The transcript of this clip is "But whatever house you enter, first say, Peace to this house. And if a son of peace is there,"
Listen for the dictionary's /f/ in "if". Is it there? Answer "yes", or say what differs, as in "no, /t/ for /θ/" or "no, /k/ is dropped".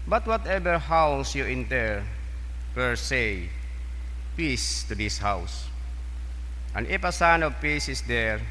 no, /p/ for /f/